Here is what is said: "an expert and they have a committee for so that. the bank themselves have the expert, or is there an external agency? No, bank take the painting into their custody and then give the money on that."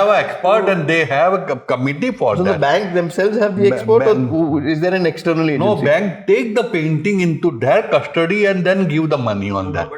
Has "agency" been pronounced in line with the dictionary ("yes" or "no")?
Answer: no